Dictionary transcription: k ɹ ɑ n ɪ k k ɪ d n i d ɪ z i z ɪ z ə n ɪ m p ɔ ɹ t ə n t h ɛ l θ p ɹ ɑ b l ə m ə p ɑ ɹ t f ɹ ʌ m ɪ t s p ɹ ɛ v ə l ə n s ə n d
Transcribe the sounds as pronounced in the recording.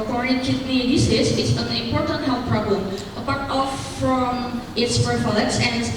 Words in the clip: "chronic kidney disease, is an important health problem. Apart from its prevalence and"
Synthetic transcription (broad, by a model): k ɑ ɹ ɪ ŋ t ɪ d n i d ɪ s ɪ s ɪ s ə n ɪ m p ɔ ɹ t ə n t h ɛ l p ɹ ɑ b l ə m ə p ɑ ɹ t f ɹ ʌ m ɪ t s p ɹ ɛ f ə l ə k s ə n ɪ